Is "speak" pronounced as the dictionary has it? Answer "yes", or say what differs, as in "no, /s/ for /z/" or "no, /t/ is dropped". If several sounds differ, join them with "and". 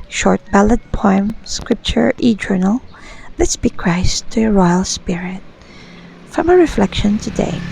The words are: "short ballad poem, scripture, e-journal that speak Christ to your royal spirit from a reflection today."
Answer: no, /b/ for /p/